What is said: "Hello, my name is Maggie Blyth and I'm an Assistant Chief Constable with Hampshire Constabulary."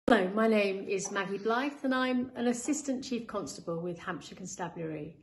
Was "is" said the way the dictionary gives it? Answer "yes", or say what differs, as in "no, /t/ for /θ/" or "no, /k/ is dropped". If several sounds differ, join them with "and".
yes